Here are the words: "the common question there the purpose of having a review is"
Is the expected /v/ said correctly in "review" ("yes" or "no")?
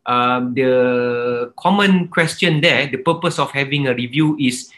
yes